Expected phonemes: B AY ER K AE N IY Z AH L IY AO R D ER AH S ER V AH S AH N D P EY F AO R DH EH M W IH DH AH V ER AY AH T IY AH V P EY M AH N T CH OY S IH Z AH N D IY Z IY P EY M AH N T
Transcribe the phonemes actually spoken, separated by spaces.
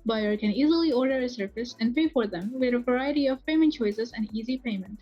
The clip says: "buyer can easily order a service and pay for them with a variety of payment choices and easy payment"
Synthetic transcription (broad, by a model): B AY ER K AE N IY Z AH L IY AO R D ER AH S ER F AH S AH N D P EY F AO R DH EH M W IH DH AH V ER AY AH T IY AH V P EY M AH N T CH OY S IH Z AH N D IY Z IY P EY M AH N T